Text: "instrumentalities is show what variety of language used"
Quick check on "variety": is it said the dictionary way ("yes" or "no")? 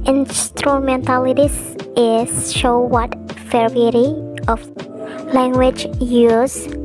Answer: no